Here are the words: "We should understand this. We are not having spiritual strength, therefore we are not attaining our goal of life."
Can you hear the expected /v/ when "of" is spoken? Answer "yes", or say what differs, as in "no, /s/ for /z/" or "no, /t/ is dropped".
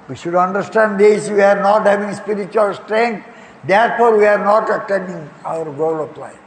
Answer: no, /p/ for /v/